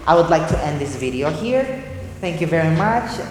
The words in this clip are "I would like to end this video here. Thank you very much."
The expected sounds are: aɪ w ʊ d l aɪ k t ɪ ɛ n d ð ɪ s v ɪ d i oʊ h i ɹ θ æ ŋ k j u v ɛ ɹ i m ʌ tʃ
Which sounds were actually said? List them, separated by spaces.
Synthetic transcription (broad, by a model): aɪ w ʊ d l aɪ k t ɪ ɛ n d ð ɪ s v ɪ d i oʊ h i ɹ θ æ ŋ k j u v ɛ ɹ i m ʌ tʃ